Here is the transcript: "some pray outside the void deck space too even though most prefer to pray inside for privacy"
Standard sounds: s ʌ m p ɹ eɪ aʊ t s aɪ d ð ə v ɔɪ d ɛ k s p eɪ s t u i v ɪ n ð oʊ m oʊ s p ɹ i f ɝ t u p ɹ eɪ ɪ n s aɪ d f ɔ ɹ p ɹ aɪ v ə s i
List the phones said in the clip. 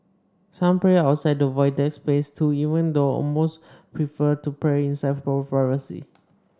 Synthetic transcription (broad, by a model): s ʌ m p ɹ eɪ aʊ t s aɪ d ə v ɔɪ d ɛ k s p eɪ s t u i v ɪ n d oʊ m oʊ s p ɹ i f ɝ t u p ɹ eɪ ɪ n s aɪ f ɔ l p ɹ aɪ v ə s i